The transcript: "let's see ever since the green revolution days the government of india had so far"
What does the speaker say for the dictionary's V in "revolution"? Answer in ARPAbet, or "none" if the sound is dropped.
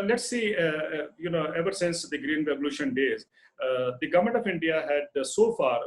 B